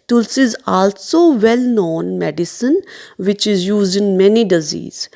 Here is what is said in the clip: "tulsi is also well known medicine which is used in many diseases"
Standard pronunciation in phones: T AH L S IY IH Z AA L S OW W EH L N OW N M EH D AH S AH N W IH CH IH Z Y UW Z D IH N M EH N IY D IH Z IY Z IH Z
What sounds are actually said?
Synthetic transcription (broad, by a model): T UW L S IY IH Z AA L S OW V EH L N OW N M EH D AH S AH N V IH CH IH Z Y UW Z D IH N M EH N IY D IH Z IY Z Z